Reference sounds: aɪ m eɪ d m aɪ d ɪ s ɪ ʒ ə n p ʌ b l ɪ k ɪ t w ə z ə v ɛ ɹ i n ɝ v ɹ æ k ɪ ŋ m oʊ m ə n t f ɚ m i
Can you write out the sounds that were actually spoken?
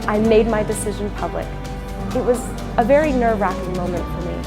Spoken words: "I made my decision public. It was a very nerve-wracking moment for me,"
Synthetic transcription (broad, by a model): aɪ m eɪ d m aɪ d ɪ s ɪ ʒ ə n p ʌ b l ɪ k ɪ t w ə z ə v ɛ ɹ i n ɝ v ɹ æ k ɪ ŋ m oʊ m ə n t f ɚ m i